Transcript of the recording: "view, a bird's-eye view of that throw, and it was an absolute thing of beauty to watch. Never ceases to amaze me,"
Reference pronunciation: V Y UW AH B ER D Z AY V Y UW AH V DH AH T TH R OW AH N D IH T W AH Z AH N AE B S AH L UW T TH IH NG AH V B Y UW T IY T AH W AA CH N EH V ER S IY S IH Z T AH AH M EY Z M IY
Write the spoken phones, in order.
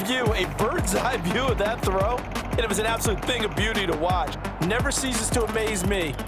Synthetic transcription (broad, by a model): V Y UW AH B ER D Z AY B Y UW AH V DH AH T TH R OW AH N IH IH T W AH Z AH N AE B S AH L UW T TH IH NG AH V B Y UW T IY T AH W AA CH N EH V ER S IY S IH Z T AH AH M EY Z M IY